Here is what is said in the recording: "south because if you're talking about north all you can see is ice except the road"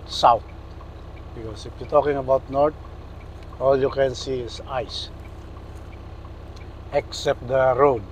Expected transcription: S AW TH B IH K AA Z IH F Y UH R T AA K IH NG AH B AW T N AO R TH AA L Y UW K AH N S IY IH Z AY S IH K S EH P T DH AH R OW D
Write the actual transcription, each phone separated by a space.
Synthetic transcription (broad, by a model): S AW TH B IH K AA S IH F Y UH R T AA K IH NG AH B AW T N AO R T AA L Y UW K AH N S IY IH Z AY S IH K S EH P T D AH R OW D